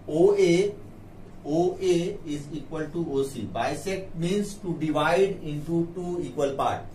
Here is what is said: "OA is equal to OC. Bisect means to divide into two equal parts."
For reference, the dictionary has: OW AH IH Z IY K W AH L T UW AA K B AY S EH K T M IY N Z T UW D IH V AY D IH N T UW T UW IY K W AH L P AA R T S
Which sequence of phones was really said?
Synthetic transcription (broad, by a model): OW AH IH Z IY K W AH L T UW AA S B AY S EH T M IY N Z T UW D IH V AY D IH N T UW T UW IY K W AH L P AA R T